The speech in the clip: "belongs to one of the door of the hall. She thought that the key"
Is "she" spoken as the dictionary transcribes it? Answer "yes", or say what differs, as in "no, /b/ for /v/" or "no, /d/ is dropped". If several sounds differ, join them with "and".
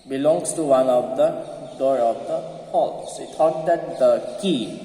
no, /s/ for /ʃ/